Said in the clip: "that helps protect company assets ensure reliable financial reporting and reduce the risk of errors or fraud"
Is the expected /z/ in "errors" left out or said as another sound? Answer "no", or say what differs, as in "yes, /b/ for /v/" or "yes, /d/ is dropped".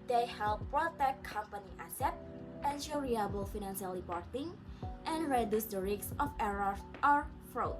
yes, /z/ is dropped